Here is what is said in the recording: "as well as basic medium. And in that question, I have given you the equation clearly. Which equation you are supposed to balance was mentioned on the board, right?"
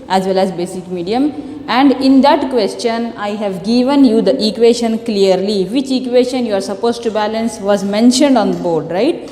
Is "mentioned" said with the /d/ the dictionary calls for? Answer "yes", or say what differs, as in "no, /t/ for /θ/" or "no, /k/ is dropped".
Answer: yes